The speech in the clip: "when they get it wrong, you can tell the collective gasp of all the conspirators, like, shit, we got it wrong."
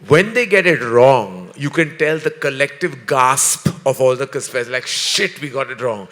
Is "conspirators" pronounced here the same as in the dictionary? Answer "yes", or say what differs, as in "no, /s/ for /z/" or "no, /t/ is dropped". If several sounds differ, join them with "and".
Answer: no, /n/ is dropped